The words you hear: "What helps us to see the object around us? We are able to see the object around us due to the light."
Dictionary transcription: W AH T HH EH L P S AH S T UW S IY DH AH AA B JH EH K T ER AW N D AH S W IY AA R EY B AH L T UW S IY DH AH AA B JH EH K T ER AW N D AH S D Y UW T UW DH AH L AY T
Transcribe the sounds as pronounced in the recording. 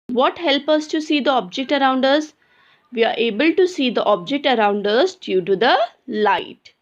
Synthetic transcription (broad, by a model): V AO T HH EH L P AH S T UW S IY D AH AA B JH EH K T ER AW N D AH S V IY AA R EY B AH L T UW S IY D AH AA B JH EH K T ER AW N D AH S D Y UW T UW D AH L AY T